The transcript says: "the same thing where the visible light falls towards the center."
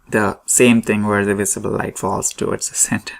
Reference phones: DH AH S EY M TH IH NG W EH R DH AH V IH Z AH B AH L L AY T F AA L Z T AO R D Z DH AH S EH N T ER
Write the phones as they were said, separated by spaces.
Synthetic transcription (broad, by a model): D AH S EY M T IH NG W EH R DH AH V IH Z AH B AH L L AY T F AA L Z T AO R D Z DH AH S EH N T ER